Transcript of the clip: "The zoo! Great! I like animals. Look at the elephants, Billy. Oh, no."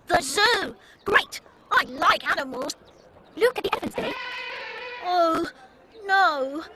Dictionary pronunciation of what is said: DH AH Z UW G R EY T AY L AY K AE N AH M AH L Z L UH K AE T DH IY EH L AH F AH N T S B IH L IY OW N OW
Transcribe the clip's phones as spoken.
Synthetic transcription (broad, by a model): DH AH Z UW G R EY T AY L AY K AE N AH M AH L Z L UH K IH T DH IY EH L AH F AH N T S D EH IY OW N OW